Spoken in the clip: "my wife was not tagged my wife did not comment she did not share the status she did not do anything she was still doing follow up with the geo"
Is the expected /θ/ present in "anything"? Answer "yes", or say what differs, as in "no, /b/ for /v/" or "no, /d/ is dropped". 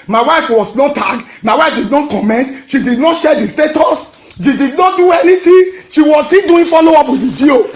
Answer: no, /t/ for /θ/